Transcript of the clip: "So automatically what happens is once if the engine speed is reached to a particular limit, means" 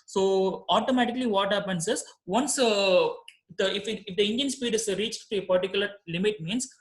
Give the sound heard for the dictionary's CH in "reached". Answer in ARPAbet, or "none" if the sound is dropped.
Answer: CH